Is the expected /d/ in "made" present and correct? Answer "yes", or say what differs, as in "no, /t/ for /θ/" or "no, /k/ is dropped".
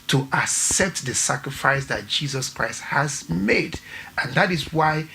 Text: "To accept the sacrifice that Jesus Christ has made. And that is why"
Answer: yes